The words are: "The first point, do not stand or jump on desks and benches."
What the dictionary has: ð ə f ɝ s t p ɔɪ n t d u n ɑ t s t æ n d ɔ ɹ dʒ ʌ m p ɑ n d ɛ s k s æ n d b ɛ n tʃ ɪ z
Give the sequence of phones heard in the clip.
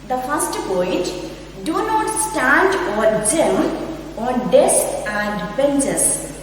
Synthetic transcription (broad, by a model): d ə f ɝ s t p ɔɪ t d u n ɑ t s t æ n d ɔ ɹ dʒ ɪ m ɑ n d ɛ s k æ n d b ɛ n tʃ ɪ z